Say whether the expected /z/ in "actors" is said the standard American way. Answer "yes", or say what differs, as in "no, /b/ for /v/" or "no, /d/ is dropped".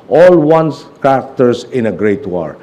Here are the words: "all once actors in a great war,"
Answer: no, /s/ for /z/